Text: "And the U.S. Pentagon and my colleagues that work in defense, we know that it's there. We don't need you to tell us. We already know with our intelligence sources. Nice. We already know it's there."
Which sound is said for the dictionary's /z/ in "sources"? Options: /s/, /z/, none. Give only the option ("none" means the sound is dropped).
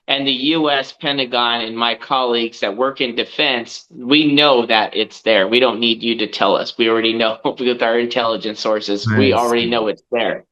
/z/